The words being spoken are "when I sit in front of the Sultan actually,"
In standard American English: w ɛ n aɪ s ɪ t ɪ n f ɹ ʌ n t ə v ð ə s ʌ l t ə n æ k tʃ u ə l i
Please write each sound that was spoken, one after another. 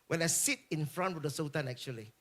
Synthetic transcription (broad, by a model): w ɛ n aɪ s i t ɪ n f ɹ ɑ n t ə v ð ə s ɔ t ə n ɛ k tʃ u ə l i